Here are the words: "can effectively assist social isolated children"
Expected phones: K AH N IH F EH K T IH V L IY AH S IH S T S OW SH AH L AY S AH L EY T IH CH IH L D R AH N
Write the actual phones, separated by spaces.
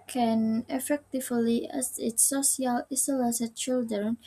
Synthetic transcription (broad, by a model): K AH N IH F EH K T IH V L IY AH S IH T S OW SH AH L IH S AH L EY S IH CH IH L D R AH N